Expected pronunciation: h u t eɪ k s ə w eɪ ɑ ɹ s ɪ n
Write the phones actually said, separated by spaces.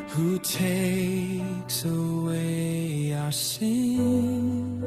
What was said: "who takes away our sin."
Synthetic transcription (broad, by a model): h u t eɪ k s ə w eɪ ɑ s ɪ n